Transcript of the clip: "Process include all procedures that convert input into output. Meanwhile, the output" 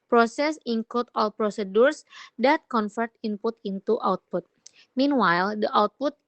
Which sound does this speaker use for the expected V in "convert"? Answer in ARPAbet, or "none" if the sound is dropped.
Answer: F